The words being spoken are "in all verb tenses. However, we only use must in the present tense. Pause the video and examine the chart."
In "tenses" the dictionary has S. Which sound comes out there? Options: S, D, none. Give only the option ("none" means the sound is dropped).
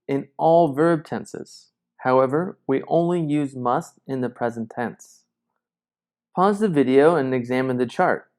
S